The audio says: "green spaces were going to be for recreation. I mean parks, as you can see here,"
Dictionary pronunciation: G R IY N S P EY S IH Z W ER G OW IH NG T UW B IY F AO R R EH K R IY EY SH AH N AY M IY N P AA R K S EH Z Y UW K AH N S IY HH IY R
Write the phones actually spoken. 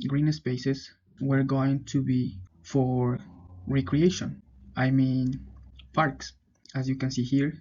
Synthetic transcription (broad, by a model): G R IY N S P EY S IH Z W ER G OW IH NG T UW B IY F AO R R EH K R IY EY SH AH N AY M IY N P AA R K S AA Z Y UW K AH N S IY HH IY R